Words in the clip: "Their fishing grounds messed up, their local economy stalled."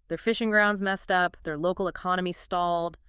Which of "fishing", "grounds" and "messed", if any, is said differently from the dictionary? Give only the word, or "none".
none